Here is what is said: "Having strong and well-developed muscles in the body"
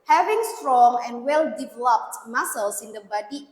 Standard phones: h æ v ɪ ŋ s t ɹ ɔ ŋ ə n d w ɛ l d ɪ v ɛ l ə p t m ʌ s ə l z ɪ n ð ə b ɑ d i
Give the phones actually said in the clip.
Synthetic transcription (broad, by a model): h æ v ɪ ŋ s t ɹ ɔ ŋ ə n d w ɛ l d ɪ v ɛ l ə p t m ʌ s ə l s ɪ n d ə b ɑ d i